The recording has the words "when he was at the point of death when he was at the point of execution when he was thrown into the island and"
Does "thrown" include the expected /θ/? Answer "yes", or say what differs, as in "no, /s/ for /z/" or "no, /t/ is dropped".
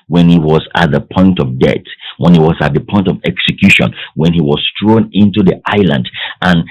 no, /t/ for /θ/